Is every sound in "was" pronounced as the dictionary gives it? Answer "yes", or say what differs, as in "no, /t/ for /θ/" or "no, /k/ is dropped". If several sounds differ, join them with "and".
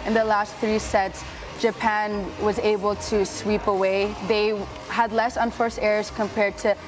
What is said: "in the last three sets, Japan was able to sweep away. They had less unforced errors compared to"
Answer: yes